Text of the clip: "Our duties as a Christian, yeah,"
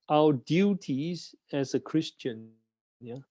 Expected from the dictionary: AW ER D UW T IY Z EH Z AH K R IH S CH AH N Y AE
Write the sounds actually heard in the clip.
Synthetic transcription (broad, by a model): AW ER D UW T IY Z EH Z AH K R IH S CH AH N Y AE